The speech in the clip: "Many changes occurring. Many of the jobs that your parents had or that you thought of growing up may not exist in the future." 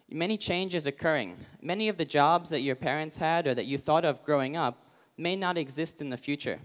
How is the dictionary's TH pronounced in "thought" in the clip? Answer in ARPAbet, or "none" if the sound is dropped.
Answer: TH